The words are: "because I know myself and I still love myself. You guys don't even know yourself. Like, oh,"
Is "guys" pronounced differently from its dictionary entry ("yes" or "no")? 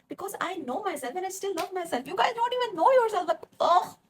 yes